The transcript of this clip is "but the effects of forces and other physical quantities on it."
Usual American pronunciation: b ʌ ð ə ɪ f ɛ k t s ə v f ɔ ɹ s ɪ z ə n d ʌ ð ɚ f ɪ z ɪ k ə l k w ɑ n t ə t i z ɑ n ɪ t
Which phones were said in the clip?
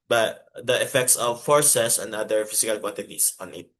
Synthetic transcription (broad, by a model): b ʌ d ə ɪ f ɛ k t s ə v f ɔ ɹ s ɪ s ə n d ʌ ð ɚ f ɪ s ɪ k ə l k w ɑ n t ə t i s ɑ n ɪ t